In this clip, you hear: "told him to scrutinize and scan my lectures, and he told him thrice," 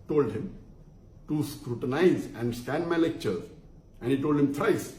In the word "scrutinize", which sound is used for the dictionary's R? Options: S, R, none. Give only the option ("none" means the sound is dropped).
R